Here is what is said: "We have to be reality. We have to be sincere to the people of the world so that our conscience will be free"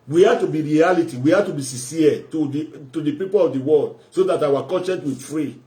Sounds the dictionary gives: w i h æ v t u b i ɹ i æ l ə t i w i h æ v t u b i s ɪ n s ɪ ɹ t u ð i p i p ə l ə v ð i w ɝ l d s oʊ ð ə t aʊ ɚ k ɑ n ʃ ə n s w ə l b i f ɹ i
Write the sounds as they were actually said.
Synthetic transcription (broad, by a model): w i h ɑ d t u b i ɹ i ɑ l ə t i w i h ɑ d t u b i s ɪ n s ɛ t t u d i p i p ə l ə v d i w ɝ l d s oʊ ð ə t aʊ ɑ k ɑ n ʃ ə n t w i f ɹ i